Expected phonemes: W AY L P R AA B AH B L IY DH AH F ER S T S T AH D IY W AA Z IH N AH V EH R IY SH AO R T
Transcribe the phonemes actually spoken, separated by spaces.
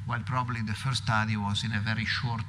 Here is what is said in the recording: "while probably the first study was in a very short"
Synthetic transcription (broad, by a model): W AY L P R AA B AH B L IY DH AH F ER T S T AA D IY W AA Z IH N AH V EH R IY SH AO R T